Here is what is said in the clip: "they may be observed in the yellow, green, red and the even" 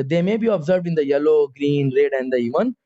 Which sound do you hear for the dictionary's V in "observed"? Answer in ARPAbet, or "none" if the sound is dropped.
V